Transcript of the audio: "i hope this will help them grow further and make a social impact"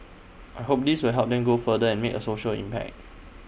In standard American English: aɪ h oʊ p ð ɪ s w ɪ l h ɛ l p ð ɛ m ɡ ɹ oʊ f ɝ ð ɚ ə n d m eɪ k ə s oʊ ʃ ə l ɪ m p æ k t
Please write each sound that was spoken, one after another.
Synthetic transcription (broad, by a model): aɪ h oʊ p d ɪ s w ɪ l h ɛ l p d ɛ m ɡ oʊ f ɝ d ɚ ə n m eɪ k ə s oʊ ʃ ə l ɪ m p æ k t